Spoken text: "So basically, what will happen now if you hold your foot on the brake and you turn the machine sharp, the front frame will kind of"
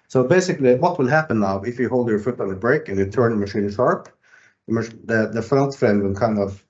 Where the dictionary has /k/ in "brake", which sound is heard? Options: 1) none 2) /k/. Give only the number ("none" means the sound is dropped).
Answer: 2